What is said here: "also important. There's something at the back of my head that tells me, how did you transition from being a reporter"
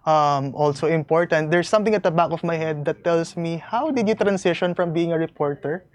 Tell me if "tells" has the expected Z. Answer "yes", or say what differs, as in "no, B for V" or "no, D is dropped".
no, S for Z